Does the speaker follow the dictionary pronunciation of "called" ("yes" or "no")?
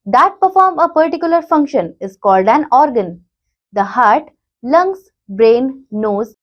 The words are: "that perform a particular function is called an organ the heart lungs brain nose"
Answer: yes